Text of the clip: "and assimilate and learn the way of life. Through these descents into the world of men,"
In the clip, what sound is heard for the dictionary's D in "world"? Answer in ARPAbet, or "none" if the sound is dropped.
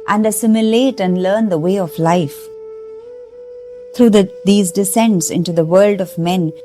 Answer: D